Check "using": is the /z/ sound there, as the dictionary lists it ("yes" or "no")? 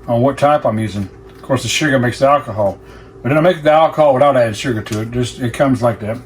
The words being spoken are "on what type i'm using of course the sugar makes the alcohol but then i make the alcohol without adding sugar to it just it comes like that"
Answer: yes